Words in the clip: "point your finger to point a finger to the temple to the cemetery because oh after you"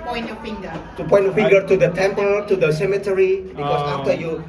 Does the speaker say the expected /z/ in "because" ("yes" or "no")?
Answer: no